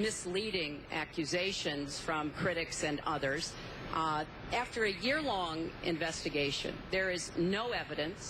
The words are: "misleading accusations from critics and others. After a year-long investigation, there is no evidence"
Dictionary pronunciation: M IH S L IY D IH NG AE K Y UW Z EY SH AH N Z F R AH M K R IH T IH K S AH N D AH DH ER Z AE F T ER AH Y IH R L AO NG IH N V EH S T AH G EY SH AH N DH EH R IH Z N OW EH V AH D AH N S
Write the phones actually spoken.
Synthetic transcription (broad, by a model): M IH S L IY D IH NG AE K Y UW Z EY SH AH N Z F R AH M K R IH T IH K S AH N AH DH ER Z AE F T ER AH Y IH R L AO NG IH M V EH S T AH G EY SH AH N DH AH R IH Z N OW EH V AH D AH N S